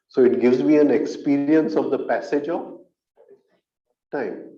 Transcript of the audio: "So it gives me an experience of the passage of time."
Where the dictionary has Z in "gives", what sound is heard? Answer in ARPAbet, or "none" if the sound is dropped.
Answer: Z